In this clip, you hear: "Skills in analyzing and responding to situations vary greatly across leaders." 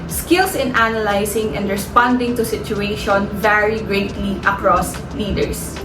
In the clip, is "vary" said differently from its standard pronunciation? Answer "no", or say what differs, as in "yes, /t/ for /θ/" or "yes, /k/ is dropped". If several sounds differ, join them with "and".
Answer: no